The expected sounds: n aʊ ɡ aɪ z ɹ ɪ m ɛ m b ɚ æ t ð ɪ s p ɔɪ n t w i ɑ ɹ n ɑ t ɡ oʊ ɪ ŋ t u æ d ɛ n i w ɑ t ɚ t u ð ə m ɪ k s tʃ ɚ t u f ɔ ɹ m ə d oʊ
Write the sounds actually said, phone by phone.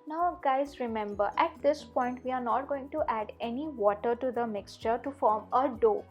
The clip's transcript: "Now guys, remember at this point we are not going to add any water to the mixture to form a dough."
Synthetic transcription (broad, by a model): n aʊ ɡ aɪ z ɹ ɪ m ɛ m b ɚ æ t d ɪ s p ɔɪ n t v i ɑ ɹ n ɑ t ɡ oʊ ɪ ŋ t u æ d ɛ n i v ɑ t ɚ t u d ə m ɪ k s tʃ ɚ t u f ɔ ɹ m ə d oʊ